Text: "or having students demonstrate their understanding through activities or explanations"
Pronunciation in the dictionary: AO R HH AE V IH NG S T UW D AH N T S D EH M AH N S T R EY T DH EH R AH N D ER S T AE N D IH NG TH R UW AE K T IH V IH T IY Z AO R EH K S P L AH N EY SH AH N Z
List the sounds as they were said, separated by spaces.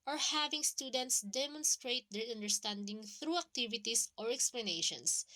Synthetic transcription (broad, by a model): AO R HH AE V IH NG S T UW D AH N T S D EH M AH N S T R EY T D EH R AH N D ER S T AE N D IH NG TH R UW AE K T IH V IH T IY S AO R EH K S P L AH N EY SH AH N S